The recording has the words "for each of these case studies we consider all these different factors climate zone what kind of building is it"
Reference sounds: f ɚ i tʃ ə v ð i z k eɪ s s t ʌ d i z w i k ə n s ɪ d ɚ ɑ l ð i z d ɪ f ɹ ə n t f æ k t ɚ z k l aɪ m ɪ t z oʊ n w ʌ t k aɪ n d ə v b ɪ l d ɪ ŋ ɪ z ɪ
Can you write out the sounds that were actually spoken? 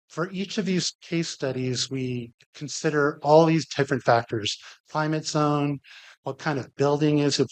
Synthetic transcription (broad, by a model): f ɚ i tʃ ə v ð i z k eɪ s s t ʌ d i z w i k n s ɪ d ɚ ɑ l ð i z d ɪ f ɹ ə n t f æ k t ɚ z k l aɪ m ɪ t z oʊ n w ʌ t k aɪ n d ə v b ɪ l d ɪ ŋ ɪ z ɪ